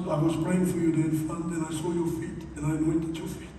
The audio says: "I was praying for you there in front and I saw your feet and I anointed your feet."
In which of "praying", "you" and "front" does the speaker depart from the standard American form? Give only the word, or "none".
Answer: front